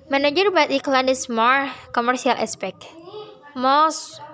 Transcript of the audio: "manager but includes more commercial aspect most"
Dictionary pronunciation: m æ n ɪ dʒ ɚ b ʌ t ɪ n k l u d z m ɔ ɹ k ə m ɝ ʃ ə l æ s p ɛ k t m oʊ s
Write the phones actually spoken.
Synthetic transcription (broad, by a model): m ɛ n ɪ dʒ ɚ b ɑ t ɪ k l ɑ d s m ɔ ɹ k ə m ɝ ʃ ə l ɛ s p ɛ k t m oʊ s